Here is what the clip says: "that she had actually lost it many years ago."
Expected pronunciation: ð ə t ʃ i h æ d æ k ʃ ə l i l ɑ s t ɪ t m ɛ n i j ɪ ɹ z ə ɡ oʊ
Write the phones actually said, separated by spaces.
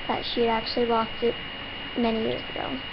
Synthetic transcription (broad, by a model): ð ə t ʃ i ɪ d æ k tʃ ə l i w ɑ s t ɪ t m ɛ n i j ɪ ɹ z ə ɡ oʊ